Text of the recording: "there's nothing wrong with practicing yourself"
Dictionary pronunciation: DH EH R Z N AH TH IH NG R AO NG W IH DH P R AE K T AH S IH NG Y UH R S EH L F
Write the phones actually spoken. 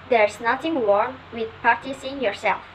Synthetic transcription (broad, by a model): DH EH R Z N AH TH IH NG W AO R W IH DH P AA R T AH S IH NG Y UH R S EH L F